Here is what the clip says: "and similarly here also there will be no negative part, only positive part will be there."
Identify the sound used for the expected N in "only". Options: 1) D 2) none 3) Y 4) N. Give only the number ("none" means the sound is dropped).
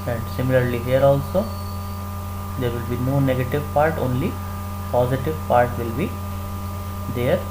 4